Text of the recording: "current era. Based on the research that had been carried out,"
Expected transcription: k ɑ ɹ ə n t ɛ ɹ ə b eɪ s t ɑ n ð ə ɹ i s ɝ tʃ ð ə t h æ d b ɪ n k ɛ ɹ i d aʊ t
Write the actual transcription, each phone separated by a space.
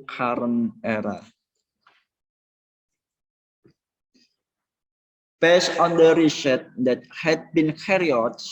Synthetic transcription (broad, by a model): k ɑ ɹ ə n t ɛ ɹ ə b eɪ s ɑ n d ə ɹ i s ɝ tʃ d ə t h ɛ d b ɪ n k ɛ ɹ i ɔ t